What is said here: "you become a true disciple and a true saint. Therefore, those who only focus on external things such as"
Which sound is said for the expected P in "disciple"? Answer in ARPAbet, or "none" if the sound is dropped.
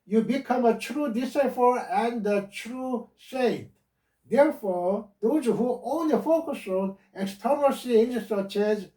F